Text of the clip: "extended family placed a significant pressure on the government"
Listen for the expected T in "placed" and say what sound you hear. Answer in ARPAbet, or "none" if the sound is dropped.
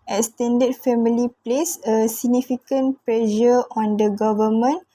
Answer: none